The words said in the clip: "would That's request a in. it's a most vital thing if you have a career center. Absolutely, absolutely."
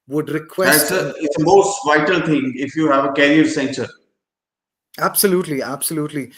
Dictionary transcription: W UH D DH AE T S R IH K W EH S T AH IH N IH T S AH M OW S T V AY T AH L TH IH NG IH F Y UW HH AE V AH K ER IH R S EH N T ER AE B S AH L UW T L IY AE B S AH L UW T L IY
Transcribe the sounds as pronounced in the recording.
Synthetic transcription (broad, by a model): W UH D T R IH K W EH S AH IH IH T S AH M OW S T V AY T AH L T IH NG IH F Y UW HH AE V AH K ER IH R S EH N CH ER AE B S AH L UW T L IY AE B S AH L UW T L IY